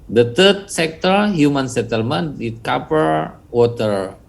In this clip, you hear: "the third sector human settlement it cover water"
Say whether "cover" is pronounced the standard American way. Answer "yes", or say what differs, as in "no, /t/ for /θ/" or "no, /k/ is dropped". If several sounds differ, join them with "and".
no, /p/ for /v/